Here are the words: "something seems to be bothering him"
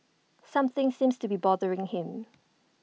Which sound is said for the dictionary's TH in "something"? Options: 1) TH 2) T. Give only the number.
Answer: 1